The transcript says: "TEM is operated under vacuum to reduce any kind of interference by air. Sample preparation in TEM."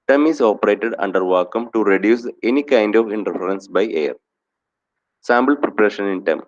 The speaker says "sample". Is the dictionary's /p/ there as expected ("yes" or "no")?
no